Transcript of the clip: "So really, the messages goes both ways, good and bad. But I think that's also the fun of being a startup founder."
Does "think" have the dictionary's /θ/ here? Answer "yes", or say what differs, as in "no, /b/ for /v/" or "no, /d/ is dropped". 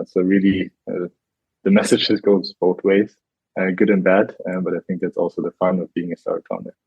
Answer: yes